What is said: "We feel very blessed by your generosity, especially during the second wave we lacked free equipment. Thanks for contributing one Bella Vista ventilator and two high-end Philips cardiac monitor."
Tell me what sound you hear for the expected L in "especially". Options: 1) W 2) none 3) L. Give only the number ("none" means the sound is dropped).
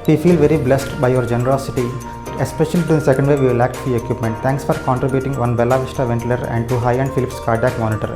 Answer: 2